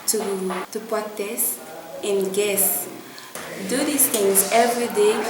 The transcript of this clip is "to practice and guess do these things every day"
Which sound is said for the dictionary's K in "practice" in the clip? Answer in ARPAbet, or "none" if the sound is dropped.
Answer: none